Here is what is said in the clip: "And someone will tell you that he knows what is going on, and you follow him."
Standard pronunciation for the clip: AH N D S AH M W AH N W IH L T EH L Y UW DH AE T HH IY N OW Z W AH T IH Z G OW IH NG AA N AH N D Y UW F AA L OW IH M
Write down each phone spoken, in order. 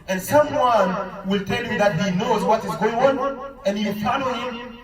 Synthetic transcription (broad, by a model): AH N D S AH M W AH N W IH L T EH L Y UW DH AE T HH IY N OW Z W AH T IH Z G OW IH NG AA N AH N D Y UW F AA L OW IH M